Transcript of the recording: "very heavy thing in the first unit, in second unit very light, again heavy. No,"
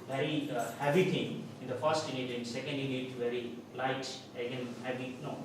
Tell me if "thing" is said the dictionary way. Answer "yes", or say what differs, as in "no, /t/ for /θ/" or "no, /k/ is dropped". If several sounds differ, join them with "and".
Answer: no, /t/ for /θ/